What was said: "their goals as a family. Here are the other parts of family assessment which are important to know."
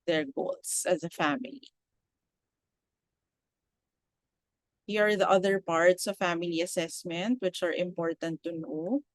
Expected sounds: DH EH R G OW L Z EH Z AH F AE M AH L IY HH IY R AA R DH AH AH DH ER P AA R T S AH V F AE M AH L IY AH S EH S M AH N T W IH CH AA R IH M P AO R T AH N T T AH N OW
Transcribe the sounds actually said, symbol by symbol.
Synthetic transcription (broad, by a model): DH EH R G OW L S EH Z AH F AE M AH L IY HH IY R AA R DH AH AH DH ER P AA R T S AH V F AE M AH L IY AH S EH S M AH N T W IH CH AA R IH M P AO R T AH N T T AH N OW